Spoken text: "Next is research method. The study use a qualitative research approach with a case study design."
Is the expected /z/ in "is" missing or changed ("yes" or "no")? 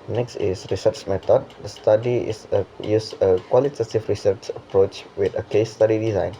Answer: yes